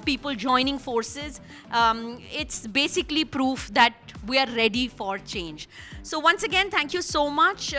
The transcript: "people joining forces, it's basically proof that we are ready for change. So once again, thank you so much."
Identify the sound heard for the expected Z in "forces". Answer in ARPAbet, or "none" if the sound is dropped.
Z